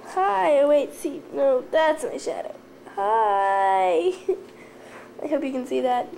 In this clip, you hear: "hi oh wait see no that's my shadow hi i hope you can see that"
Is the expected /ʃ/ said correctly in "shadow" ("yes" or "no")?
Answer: yes